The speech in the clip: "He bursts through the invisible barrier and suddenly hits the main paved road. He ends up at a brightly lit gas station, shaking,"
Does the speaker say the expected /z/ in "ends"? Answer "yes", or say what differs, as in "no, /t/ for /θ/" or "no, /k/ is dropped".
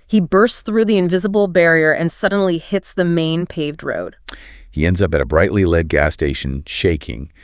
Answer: yes